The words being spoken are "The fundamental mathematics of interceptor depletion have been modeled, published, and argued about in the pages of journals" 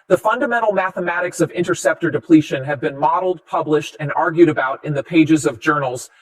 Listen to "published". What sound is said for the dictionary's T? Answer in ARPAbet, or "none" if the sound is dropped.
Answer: T